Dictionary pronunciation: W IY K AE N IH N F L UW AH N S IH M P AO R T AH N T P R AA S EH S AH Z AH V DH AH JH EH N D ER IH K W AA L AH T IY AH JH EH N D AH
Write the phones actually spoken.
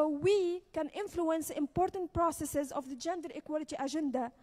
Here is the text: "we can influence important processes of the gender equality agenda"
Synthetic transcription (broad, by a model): W IY K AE N IH N F L UW AH N S IH M P AO R T AH N T P R AA S EH S AH Z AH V DH AH JH EH N D ER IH K W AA L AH T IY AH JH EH N D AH